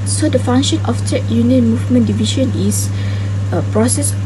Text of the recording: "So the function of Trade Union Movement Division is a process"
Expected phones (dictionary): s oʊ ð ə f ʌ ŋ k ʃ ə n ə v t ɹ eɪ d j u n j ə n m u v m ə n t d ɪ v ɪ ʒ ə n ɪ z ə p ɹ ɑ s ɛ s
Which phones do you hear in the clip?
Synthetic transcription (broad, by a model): s oʊ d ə f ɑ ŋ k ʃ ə n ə f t eɪ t j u n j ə n m u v m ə n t d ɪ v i ʃ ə n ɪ s ə p ɹ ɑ s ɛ s